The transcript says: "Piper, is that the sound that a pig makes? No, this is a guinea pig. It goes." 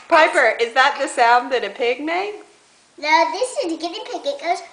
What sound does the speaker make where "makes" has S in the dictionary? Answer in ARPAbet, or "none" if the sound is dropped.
none